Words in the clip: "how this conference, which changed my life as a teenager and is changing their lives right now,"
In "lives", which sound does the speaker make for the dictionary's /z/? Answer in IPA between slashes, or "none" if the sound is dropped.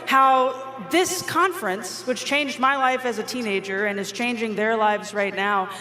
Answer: /z/